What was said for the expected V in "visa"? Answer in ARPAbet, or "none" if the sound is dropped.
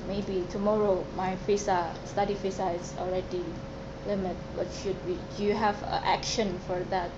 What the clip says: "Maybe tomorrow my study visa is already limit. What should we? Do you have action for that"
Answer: F